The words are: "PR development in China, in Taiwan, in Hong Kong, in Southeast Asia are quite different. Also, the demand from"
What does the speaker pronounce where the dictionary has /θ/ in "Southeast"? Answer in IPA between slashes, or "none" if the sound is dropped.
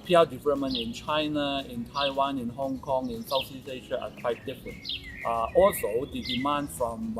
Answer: /s/